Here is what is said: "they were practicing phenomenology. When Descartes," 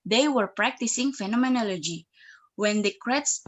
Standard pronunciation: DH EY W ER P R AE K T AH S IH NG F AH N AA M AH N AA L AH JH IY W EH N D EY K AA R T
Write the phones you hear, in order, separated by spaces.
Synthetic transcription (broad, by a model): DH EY W ER P R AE K T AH S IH NG F AH N AA M AH N AA L AH JH IY W EH N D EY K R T